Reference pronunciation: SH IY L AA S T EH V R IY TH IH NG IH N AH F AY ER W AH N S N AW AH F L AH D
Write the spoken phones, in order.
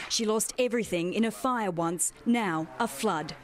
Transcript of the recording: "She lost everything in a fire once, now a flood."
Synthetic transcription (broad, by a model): SH IY L AA S T EH V R IY TH IH NG IH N AH F AY ER W AH N S N AW AH F L AH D